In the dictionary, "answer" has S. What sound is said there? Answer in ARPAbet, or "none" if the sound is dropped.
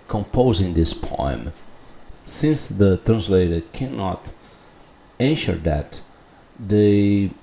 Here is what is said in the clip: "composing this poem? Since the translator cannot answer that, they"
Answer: SH